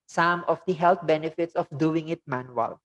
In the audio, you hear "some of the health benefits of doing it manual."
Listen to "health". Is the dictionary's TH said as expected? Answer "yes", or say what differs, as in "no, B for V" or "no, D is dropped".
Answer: no, T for TH